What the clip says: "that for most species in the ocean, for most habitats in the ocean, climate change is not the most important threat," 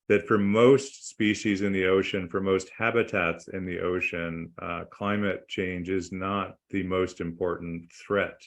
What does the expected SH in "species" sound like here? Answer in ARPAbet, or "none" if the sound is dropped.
SH